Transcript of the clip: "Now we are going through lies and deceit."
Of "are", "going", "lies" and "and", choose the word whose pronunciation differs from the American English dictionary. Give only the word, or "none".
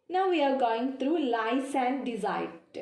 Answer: lies